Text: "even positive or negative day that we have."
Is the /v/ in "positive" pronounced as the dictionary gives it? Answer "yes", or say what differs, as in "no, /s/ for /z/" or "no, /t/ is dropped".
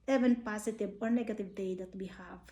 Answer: no, /b/ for /v/